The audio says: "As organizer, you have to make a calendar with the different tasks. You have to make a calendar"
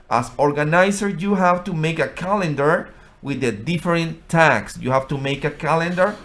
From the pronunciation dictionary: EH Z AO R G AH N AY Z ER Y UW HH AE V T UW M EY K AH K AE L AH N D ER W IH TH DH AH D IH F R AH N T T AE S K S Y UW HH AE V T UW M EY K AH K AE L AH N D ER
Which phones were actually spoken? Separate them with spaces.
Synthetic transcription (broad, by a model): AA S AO R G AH N AY S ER Y UW HH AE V T UW M EY K AH K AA L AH N D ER W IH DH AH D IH F R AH N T T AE K S Y UW HH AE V T UW M EY K AH K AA L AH N D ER